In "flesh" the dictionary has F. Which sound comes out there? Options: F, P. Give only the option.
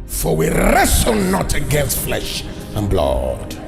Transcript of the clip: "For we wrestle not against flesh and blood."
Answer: F